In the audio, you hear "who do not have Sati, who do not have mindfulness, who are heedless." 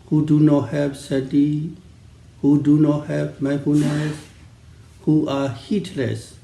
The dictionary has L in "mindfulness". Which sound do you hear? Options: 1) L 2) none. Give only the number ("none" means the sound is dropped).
2